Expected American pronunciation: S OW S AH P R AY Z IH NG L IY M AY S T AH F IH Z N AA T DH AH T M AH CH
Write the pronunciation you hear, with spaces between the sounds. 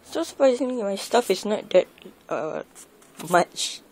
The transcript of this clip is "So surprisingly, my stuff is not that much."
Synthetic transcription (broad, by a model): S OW S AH P R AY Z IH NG L IY M AY S T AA F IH S N AA T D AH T M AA CH